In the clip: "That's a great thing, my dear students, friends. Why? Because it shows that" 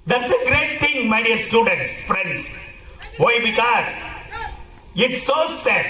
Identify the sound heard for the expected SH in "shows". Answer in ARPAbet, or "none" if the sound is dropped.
S